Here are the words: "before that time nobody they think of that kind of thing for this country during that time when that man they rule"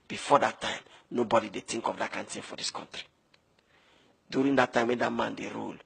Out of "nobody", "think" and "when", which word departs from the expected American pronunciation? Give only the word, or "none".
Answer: think